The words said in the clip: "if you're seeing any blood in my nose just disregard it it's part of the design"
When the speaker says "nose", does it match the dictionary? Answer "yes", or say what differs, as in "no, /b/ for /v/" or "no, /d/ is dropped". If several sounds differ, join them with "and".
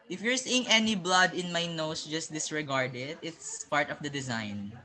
no, /s/ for /z/